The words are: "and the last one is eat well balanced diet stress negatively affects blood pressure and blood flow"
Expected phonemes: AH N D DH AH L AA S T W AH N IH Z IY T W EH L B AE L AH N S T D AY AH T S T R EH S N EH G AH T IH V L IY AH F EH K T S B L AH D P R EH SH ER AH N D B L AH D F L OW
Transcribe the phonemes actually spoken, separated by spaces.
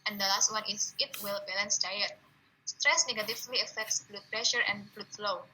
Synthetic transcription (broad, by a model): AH N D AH L AA S T W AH N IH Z IY T W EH L B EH L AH N S D AY AH T S T R EH S N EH G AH T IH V L IY AH F EH K T S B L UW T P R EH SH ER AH N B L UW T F L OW